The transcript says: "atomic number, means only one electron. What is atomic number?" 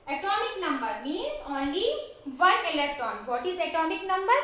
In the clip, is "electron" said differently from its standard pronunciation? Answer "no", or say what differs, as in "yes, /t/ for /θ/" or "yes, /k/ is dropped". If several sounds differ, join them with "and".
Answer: yes, /ɹ/ is dropped